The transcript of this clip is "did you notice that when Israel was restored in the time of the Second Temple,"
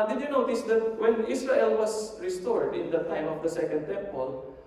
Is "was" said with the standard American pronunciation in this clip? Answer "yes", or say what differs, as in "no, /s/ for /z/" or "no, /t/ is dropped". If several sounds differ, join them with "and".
no, /s/ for /z/